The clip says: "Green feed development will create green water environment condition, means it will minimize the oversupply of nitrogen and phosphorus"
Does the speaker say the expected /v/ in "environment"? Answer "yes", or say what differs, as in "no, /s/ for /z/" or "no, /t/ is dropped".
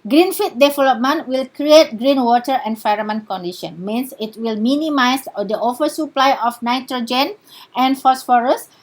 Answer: no, /f/ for /v/